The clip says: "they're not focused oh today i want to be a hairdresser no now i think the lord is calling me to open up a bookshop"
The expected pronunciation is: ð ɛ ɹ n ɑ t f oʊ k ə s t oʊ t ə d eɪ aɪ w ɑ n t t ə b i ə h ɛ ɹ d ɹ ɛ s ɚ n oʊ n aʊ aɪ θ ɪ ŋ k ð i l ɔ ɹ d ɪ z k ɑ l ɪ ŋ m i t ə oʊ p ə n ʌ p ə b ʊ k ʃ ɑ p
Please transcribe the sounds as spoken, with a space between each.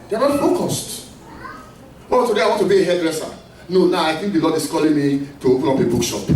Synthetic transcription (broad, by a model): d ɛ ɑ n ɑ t f oʊ k ə s t oʊ t ə d eɪ aɪ w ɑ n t t ə b i ə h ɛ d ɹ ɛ s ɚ n oʊ n aʊ aɪ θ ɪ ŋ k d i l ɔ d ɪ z k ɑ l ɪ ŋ m i t ə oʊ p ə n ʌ p ə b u k ʃ ɑ p